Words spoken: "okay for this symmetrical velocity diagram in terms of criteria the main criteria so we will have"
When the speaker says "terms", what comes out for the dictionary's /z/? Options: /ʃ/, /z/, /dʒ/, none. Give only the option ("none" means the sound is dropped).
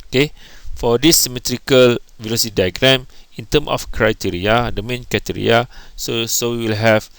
none